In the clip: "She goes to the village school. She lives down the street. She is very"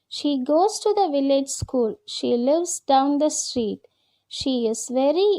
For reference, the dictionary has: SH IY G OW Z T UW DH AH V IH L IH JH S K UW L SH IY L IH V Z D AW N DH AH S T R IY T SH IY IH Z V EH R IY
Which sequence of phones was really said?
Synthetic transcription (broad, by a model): SH IY G OW Z T UW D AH V IH L IH JH S K UW L SH IY L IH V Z D AW N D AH S T R IY T SH IY IH Z V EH R IY